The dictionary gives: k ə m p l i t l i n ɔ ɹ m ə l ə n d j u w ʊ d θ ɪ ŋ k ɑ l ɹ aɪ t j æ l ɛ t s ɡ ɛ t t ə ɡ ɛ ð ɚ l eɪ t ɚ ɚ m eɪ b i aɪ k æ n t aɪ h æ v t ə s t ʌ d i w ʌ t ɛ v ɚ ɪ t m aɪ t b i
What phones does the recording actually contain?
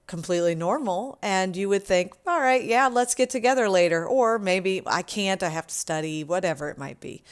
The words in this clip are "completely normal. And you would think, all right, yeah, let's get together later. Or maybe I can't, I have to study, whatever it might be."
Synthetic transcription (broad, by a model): k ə m p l i t l i n ɔ ɹ m l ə n j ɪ w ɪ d θ ɪ ŋ k ɑ l ɹ aɪ t j æ l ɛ t s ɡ ɛ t t ə ɡ ɛ ð ɚ l eɪ t ɚ ɚ m eɪ b i aɪ k æ n t aɪ h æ f t ə s t ʌ d i w ʌ t ɛ v ɚ ɪ t m aɪ t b i